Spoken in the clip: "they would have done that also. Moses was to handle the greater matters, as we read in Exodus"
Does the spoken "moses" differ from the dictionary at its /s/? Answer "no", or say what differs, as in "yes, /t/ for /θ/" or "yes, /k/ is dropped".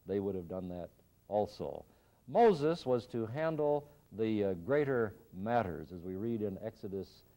no